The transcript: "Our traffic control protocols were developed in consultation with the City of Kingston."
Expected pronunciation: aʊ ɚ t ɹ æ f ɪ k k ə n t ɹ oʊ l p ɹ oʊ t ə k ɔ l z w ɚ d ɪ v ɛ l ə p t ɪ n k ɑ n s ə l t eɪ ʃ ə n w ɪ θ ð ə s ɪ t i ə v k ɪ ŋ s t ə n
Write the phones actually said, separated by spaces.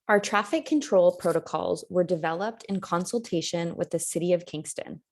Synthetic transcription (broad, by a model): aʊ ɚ t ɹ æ f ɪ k k ə n t ɹ oʊ l p ɹ oʊ t ə k ɔ l z w ɚ d ɪ v ɛ l ə p t ɪ n k ɑ n s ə l t eɪ ʃ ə n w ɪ ð ə s ɪ t i ə v k ɪ ŋ s t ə n